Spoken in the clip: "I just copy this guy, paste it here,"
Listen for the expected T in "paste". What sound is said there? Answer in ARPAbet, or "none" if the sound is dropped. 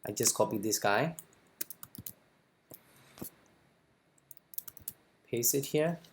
none